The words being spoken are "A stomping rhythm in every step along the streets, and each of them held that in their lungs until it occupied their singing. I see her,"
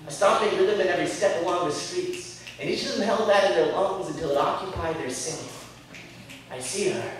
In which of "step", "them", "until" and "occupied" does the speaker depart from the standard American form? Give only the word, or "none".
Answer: none